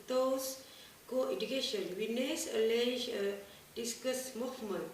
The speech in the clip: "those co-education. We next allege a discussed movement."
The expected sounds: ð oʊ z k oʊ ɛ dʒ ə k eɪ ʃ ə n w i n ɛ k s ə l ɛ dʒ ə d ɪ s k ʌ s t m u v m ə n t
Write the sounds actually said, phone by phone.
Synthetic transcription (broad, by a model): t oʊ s k oʊ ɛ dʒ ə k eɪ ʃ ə n w i n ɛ s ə l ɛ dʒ ə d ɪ s k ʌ s m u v m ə n